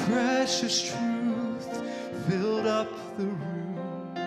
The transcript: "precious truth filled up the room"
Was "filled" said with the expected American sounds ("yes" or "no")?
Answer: yes